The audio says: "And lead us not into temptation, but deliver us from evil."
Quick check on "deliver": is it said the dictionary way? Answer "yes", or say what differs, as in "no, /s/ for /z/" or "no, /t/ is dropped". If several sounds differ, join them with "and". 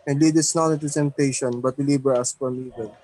no, /b/ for /v/